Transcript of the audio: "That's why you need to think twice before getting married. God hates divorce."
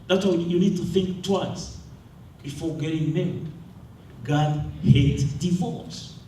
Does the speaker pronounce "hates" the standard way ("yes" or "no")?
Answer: no